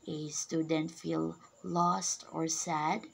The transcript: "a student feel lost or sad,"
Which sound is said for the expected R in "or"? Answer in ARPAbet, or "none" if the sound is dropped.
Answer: R